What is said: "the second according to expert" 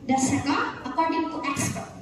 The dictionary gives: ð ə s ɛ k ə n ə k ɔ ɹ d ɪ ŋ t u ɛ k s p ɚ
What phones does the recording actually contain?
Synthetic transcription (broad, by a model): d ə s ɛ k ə ə k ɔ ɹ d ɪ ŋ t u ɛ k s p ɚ